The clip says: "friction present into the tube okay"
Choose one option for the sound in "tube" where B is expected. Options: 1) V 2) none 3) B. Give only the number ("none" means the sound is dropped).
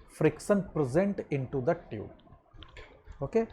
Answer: 2